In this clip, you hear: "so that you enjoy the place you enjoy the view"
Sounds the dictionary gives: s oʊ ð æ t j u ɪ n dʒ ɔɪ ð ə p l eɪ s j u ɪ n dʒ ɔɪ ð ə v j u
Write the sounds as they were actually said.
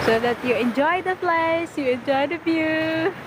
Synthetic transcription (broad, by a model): s oʊ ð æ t j u ɪ n dʒ ɔɪ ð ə f l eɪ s j u ɪ n dʒ ɔɪ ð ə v j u